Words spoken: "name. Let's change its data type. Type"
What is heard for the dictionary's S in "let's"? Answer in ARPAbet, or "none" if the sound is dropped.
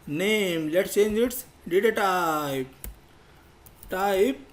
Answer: none